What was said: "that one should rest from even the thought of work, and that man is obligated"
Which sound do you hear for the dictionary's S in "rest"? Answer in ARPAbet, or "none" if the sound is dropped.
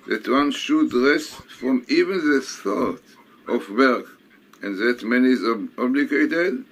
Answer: S